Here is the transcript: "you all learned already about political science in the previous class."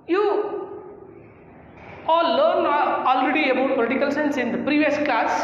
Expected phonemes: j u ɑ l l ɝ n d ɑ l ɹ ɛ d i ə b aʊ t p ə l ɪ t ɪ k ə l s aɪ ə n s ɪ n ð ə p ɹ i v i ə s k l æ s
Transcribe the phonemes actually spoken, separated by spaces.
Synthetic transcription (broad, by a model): j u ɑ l l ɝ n ɑ l ɹ ɛ d i ə b aʊ t p ə l ɪ t ɪ k ə l s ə n s ɪ n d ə p ɹ i v i ə s k l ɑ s